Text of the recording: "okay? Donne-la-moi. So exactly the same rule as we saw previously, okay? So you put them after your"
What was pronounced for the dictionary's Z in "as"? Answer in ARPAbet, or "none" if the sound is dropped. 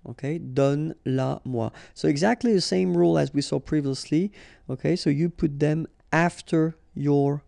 Z